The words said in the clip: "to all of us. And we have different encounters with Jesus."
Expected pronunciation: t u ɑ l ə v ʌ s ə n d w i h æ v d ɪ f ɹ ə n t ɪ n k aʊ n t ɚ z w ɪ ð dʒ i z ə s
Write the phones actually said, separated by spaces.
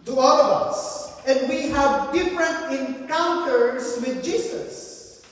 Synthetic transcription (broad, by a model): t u ɑ l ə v ʌ s ə n d w i h æ v d ɪ f ɹ ə n t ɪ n k aʊ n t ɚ s w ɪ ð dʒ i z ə s